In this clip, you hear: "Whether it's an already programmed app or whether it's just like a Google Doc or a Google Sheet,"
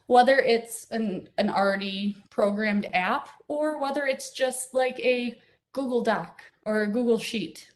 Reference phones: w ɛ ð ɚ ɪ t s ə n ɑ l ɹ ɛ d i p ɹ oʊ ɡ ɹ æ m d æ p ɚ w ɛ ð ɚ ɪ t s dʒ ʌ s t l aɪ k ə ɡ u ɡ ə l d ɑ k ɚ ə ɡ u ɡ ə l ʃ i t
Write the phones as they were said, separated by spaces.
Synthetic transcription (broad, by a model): w ɛ ð ɚ ɪ t s ə n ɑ n ɹ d i p ɹ oʊ ɡ ɹ æ m d æ p ɚ w ɛ ð ɚ ɪ t s dʒ ʌ s t l aɪ k ə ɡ u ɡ l d ɑ k ɚ ə ɡ u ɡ l ʃ i t